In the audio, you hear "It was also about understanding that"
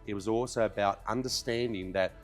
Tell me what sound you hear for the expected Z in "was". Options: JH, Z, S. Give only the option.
Z